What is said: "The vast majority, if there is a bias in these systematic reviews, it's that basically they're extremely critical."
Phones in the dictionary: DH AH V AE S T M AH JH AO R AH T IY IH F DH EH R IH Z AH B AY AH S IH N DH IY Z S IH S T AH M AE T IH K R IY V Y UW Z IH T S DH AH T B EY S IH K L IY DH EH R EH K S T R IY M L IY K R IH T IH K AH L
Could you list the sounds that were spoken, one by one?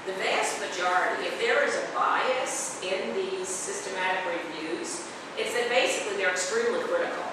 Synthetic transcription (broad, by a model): DH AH V AE S T M AH JH AO R AH T IY IH F DH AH R IH Z AH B AY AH S IH N DH IY Z S IH S T AH M AE T IH K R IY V Y UW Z IH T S DH AH T B EY S IH K L IY DH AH R EH K S T R IY M L IY K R IH T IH K L